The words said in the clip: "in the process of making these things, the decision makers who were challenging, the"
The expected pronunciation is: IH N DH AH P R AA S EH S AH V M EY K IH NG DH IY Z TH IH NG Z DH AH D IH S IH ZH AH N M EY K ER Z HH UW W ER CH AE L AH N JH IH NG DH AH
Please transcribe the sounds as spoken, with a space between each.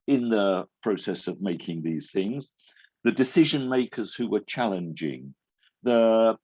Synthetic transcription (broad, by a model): IH N DH AH P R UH S EH S AH V M EY K IH NG DH IY Z TH IH NG Z DH AH D IH S IH ZH AH N M EY K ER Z HH UW W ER CH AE L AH N JH IH NG DH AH